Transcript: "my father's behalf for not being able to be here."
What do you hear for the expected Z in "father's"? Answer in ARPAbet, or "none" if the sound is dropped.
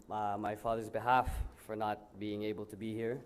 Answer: Z